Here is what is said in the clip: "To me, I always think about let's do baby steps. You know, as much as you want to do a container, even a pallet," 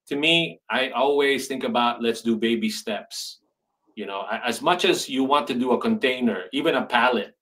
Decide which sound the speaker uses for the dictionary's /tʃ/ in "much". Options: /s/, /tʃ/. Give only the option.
/tʃ/